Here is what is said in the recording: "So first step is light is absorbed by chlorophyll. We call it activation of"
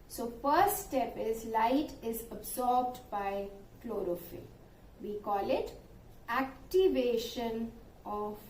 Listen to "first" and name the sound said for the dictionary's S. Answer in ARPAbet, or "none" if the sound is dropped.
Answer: none